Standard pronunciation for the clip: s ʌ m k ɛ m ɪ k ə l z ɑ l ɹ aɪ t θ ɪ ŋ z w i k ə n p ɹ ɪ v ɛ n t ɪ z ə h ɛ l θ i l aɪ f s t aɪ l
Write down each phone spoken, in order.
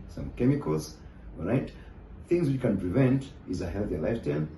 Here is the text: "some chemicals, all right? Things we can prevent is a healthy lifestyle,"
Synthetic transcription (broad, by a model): s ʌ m k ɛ m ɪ k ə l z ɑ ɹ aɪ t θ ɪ ŋ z w i k ə n p ɹ ɪ v ɛ n t ɪ z ə h ɛ l θ i l aɪ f t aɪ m